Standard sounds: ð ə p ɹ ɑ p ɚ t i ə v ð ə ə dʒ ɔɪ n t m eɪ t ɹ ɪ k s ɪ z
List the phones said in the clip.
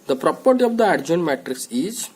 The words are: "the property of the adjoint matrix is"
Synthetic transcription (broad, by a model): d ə p ɹ ɑ p ɚ t i ə v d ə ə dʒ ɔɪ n m eɪ t ɹ ɪ k s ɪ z